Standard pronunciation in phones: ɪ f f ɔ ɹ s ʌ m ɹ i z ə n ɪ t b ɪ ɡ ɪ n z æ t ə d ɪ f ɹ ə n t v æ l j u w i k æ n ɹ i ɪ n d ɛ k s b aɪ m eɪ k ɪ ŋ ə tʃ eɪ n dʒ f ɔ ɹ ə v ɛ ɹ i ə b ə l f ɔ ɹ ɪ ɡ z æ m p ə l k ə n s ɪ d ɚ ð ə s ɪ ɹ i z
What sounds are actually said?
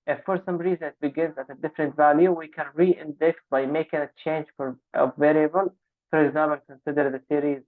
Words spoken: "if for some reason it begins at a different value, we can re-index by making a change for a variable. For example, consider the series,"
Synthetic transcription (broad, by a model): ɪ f f ɔ ɹ s ʌ m ɹ i z ə n ɪ t b ɪ ɡ ɪ n z æ t ə d ɪ f ɹ ə n t v æ l j u w i k æ n ɹ i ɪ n d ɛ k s b aɪ m eɪ k ɪ ŋ ə tʃ eɪ n dʒ f ɔ ɹ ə v ɛ ɹ i ə b ə l f ɔ ɹ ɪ ɡ z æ m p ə l k ə n s ɪ d ɚ ð ə s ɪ ɹ i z